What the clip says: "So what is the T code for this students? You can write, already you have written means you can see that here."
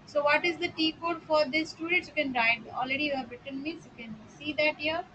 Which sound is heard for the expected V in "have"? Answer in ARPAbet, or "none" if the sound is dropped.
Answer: B